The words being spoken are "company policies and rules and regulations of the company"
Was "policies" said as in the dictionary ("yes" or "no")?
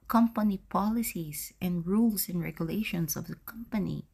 no